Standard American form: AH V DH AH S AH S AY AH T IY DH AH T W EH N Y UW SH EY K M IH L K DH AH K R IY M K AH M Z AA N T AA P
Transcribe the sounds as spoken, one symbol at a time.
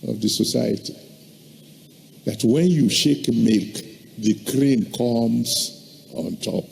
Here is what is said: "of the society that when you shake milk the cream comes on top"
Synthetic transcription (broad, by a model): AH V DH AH S AH S AY AH T IY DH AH T W EH N Y UW SH EY K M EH K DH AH K R IY M K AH M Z AA N T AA P